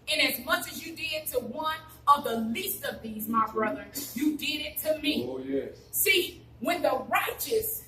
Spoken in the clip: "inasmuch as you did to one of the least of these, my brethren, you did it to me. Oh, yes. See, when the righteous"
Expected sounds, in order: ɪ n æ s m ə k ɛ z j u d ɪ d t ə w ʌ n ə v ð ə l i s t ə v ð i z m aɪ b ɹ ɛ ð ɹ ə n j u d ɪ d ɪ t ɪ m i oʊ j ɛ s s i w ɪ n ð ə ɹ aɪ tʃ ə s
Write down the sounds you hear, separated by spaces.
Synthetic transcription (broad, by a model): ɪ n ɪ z m ə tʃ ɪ z j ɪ d ɪ d t ə w ʌ n ə v ð ə l i s t ə v ð i z m aɪ b ɹ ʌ ð ə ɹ j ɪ d ɪ d ɪ t ɪ m i oʊ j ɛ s s i w ɪ n ð ə ɹ aɪ tʃ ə s